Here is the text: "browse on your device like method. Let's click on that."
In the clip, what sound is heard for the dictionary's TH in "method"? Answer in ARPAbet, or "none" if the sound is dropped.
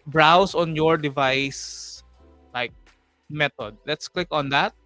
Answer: T